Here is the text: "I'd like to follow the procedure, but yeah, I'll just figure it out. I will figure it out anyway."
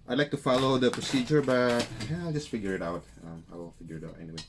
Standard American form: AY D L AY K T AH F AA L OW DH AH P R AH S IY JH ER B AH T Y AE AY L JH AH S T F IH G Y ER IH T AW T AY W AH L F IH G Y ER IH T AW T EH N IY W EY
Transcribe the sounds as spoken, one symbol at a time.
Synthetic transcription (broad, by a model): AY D L AY K T AH F AA L OW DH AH P R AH S IY JH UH B AH T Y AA AY L JH AH S T F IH G Y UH IH T AW T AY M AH W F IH G Y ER IH T AW T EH N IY W EY